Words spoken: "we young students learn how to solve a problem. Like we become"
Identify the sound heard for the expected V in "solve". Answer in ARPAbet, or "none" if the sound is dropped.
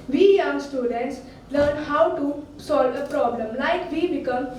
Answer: V